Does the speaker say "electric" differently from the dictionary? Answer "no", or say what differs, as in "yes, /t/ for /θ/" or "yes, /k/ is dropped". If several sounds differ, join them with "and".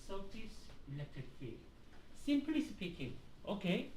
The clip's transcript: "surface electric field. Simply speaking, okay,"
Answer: yes, /ɹ/ is dropped